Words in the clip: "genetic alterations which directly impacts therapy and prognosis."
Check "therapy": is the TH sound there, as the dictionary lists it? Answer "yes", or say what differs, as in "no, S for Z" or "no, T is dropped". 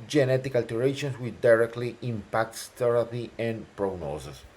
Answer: no, T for TH